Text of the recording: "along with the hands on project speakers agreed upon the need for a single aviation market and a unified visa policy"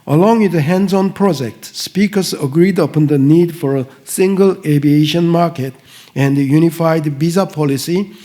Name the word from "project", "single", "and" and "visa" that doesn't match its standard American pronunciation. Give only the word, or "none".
visa